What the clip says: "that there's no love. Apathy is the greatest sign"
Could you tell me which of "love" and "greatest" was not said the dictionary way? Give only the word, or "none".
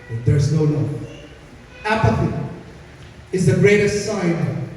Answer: love